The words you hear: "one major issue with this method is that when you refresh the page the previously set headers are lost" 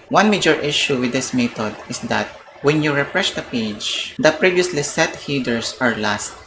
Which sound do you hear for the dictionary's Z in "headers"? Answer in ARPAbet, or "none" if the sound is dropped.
S